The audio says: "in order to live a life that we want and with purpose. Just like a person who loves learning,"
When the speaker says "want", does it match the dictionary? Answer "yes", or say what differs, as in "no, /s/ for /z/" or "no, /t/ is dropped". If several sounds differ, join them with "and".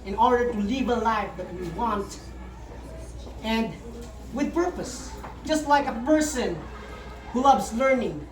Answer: yes